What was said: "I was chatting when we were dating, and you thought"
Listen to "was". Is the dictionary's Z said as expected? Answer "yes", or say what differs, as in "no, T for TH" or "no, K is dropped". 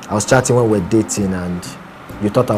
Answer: no, S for Z